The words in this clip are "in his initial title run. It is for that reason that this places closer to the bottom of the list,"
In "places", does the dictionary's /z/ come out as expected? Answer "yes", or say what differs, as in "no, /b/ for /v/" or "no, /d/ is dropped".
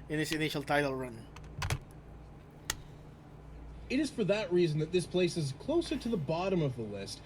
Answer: yes